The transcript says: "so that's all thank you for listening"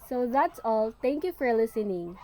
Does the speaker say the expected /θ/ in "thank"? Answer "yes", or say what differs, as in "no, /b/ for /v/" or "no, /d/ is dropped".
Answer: no, /t/ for /θ/